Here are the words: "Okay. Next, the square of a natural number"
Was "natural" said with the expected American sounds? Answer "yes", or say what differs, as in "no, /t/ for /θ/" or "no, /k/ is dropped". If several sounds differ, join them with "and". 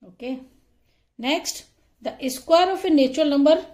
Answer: no, /ɹ/ is dropped